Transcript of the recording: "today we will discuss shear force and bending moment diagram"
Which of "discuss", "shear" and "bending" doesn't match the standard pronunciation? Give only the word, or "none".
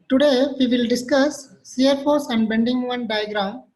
shear